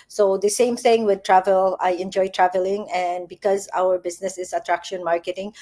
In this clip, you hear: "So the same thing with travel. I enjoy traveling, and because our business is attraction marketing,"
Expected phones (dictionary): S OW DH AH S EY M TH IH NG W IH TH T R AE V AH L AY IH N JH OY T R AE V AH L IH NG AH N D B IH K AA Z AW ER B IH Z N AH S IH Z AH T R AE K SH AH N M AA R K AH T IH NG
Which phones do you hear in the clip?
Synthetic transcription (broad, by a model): S OW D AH S EY M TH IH NG W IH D T R AE V AH L AY IH N JH OY T R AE V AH L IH NG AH N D B IH K AA Z AW ER B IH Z N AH S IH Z AH T R AE K SH AH N M AA R K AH T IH NG